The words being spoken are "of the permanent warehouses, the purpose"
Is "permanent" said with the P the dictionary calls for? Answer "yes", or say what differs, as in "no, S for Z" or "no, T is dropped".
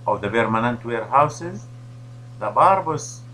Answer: no, B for P